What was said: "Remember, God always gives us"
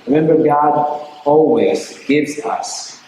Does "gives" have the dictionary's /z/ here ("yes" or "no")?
yes